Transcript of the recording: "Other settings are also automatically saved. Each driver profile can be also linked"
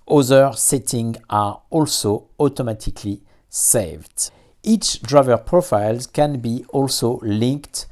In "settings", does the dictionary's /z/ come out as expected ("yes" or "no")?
no